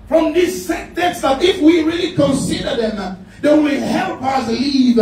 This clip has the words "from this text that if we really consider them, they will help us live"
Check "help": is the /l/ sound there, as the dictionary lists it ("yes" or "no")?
yes